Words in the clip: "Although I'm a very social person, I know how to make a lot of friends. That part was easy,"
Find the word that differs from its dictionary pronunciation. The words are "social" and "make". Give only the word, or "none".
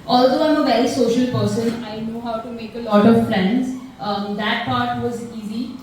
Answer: none